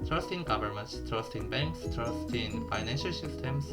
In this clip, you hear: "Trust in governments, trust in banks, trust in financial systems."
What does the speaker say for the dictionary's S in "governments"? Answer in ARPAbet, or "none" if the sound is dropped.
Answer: S